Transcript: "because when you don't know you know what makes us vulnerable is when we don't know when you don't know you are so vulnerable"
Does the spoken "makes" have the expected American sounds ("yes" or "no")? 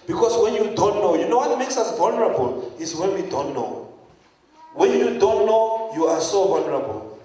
yes